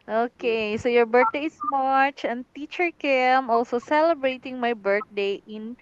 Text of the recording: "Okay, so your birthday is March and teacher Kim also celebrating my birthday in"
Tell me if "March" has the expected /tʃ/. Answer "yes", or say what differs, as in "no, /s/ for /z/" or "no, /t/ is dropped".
yes